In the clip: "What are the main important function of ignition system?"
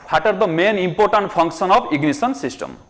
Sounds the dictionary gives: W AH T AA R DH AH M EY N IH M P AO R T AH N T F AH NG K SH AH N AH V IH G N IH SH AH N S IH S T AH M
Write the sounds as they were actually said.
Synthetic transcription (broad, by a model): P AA T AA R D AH M EY N IH M P AO R T AH N T P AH NG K S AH N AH P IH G N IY S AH N S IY S T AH M